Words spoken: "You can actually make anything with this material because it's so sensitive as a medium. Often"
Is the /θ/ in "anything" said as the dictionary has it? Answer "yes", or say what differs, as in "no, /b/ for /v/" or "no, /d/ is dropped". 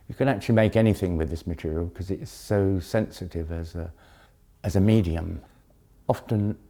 yes